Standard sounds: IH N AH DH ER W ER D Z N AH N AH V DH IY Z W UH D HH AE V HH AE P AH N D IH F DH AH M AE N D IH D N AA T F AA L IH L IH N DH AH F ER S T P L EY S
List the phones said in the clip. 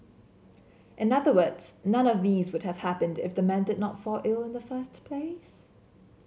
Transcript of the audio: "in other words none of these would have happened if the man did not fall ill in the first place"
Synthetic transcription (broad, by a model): IH N AH DH ER W ER D Z N AH N AH V DH IY Z W UH D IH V HH AE P AH N D IH F DH AH M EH N D IH D N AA T F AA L IH L IH N DH AH F ER S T P L EY S